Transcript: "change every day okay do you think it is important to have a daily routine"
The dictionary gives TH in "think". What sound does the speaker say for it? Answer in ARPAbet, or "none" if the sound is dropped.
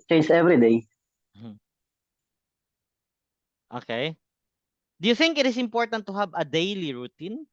TH